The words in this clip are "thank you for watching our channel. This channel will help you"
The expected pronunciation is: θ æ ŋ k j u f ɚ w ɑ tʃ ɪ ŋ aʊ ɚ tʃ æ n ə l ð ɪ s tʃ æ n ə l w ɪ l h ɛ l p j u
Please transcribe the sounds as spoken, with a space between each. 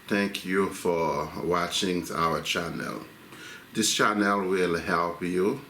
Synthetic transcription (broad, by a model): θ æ ŋ k j u f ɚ w ɑ tʃ ɪ ŋ aʊ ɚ tʃ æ n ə l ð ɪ s tʃ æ n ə l w ɪ l h ɛ l p j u